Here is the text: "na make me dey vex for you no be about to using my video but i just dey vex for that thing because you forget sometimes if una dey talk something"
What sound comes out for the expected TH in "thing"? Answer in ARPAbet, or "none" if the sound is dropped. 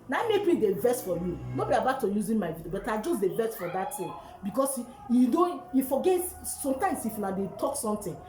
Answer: T